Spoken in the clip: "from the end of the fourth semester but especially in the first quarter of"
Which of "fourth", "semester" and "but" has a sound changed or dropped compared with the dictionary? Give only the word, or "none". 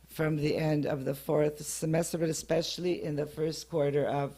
none